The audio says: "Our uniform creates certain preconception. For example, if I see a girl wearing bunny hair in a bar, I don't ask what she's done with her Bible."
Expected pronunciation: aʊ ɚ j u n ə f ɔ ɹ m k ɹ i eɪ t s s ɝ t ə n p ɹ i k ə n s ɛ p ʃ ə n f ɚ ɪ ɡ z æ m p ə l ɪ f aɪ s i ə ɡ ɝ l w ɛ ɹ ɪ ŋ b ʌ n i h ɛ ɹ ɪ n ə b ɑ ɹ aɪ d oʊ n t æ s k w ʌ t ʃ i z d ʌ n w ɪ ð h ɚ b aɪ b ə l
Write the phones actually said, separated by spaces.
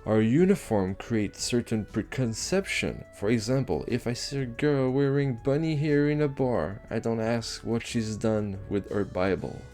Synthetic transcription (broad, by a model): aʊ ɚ j u n ə f ɔ ɹ m k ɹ i eɪ t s s ɝ t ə n p ɹ i k ə n s ɛ p ʃ ə n f ɚ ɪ ɡ z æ m p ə l ɪ f aɪ s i ə ɡ ɝ l w ɛ ɹ ɪ ŋ b ʌ n i h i ɹ ɪ n ə b ɑ ɹ aɪ d oʊ n t æ s k w ʌ t ʃ i z d ʌ n w ɪ ð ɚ b aɪ b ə l